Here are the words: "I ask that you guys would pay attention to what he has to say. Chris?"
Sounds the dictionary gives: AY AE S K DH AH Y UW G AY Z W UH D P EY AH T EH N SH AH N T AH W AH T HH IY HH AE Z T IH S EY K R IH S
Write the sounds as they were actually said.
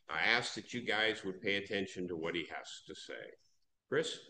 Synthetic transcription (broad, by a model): AY AE S K DH AH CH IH G AY Z W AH D P EY AH T EH N SH AH N T AH W AH T HH IY HH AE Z T IH S EY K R IH S